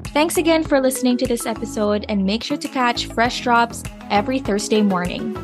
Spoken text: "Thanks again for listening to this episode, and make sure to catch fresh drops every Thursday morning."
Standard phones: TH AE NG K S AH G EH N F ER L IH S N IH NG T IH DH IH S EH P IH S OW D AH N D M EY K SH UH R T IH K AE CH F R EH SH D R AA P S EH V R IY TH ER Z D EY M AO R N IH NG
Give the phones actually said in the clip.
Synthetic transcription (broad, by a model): TH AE NG K S AH G EH N F ER L IH S N IH NG T IH DH IH S EH P IH S OW D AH N M EY K SH UH R T IH K AE CH F R EH SH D R AA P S EH V R IY TH ER Z D EY M AO R N IH NG